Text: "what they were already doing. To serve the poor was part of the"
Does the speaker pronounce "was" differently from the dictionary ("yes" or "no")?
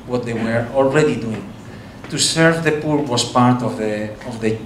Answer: yes